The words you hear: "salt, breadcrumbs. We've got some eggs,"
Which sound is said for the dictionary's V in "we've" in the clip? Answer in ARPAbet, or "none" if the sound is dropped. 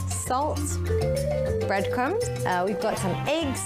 V